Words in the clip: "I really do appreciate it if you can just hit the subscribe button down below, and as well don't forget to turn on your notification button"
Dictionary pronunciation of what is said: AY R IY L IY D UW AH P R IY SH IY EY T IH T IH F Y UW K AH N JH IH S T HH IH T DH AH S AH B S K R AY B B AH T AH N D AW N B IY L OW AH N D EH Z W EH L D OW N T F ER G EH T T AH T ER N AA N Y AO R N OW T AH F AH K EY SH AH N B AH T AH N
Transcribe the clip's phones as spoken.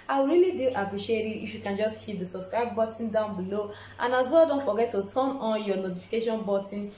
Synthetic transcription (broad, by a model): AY R IY L IY D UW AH P R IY SH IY EY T IH T IH F Y UW K AH N JH IH S T HH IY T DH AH S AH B S K R AY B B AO T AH N D AW N B IY L OW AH N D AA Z W EH L D OW N T F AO G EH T T AH T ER N AA N Y AO N OW T AH F AH K EY SH AH N B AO T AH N